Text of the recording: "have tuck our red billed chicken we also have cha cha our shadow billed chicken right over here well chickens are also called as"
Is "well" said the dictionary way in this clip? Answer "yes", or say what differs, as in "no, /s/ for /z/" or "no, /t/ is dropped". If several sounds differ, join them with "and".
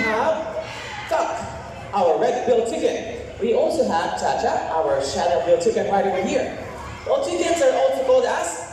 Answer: no, /n/ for /l/